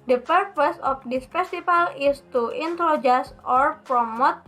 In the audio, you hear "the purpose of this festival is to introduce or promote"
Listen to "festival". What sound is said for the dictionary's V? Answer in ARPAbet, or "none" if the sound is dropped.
F